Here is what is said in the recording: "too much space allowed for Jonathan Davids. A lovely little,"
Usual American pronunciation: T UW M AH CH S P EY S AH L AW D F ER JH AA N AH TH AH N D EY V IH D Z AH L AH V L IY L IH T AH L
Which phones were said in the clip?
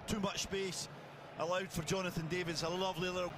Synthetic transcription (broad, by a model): T UW M AH CH S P EY S AH L AW D F ER JH AA N AH TH AH N D EY V IH D Z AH L AH V L IY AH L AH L